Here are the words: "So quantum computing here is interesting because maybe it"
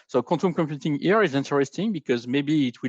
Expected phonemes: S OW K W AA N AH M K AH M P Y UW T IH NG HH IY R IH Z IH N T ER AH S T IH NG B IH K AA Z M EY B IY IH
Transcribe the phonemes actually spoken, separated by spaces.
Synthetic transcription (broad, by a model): S OW K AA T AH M K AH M P Y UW T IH NG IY R IH Z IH N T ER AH S T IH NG B IH K AA Z M EY B IY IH